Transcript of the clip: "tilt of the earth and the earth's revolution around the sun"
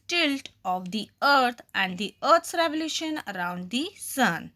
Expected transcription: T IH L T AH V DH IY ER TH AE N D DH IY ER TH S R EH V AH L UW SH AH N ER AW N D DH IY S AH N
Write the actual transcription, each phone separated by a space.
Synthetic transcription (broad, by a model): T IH L T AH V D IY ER T AE N D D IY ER T S R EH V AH L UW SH AH N ER AW N D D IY S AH N